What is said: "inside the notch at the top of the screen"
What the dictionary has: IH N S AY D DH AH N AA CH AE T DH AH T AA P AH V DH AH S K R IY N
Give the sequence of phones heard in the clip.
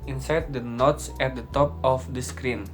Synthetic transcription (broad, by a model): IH N S AY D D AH N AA S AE T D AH T AA P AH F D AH S K R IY N